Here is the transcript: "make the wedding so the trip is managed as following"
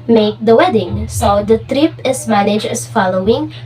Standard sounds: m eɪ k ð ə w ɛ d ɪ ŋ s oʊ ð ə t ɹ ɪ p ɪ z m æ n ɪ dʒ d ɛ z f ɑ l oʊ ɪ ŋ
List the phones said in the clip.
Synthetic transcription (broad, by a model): m eɪ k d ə w ɛ d ɪ ŋ s oʊ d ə t ɹ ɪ p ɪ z m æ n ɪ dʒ ɛ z f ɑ l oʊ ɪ ŋ